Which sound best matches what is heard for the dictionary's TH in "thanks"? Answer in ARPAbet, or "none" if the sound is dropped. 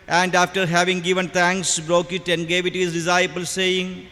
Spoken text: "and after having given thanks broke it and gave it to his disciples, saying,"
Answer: T